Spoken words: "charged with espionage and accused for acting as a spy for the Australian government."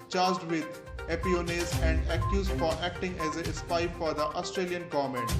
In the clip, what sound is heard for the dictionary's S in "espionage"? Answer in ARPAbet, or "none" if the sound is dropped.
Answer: none